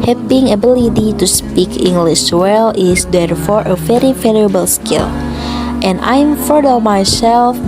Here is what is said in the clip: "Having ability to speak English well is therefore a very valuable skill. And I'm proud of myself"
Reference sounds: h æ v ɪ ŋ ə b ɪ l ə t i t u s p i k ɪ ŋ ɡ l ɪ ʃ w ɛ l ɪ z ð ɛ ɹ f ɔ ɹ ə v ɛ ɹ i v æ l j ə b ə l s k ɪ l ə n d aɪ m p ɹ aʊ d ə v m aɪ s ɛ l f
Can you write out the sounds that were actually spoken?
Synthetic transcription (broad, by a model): h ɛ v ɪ ŋ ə b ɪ l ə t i t u s p i k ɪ ŋ ɡ l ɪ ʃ w ɛ l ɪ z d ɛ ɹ f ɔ ɹ ə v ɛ ɹ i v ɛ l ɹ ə b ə l s k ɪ l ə n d aɪ m f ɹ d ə m aɪ s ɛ l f